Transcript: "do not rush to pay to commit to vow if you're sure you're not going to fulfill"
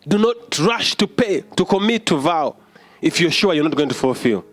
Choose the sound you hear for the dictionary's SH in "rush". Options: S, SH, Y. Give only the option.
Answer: SH